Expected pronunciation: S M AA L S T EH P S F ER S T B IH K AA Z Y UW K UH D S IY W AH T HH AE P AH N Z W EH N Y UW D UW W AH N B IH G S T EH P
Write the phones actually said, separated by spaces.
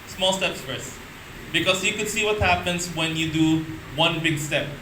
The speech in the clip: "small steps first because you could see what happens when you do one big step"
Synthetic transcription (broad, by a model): S M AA L S T EH P S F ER S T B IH K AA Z Y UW K UH D S IY W AH T HH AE P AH N S W EH N Y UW D UW W AH N B IH G S T EH P